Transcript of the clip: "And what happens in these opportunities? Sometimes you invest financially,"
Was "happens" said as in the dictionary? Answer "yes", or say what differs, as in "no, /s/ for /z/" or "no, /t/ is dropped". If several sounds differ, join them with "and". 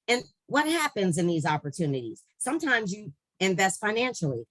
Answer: yes